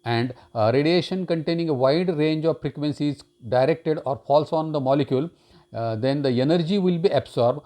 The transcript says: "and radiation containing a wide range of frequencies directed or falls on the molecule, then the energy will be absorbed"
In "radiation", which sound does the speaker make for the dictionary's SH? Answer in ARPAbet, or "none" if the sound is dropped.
SH